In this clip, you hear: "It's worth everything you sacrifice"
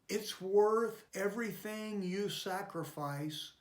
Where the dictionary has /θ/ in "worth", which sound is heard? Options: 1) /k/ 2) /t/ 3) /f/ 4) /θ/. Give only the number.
4